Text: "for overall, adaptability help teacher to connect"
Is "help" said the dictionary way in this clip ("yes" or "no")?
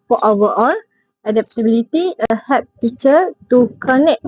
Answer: no